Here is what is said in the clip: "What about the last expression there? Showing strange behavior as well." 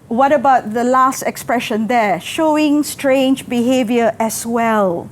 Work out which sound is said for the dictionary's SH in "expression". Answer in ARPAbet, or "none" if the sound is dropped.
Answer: SH